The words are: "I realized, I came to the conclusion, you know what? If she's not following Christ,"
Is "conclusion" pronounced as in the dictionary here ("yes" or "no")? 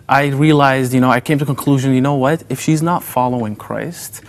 yes